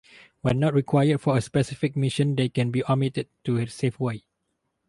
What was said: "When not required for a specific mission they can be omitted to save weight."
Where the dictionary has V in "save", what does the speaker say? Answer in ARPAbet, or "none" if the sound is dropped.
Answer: F